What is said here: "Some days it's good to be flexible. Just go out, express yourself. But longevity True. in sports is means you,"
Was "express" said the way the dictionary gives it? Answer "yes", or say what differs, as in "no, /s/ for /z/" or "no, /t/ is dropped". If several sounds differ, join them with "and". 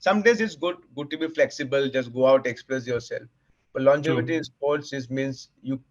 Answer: no, /l/ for /ɹ/